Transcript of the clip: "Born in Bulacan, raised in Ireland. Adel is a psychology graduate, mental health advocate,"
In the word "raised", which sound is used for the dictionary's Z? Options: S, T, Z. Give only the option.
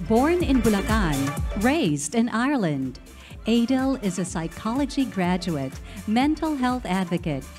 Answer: Z